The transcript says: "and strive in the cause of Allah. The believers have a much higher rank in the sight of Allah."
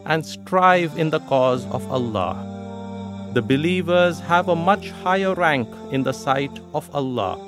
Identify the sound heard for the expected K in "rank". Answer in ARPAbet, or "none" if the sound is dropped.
K